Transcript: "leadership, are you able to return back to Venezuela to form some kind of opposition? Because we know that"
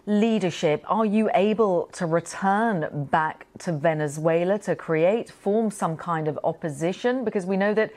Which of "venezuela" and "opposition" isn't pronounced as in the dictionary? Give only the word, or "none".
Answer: none